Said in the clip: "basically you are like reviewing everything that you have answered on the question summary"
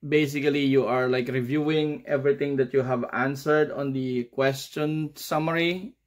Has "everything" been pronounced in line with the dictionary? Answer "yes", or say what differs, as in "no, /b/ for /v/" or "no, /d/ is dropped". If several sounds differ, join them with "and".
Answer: no, /t/ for /θ/